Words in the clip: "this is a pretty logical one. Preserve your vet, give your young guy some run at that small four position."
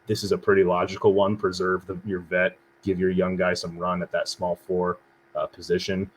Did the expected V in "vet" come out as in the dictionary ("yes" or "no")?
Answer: yes